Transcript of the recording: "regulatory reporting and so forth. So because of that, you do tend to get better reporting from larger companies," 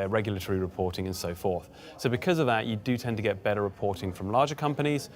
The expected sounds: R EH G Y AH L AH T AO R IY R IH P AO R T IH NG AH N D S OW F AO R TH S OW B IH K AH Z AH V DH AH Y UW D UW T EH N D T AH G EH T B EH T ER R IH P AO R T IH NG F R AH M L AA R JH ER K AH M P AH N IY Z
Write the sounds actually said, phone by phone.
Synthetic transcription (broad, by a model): R EH G Y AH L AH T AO R IY R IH P AO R T IH NG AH N S OW F AO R TH S OW B IH K AH Z AH V DH AH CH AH D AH T EH N T AH G EH T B EH T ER R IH P AO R T IH NG F R AH M L AA JH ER K AH M P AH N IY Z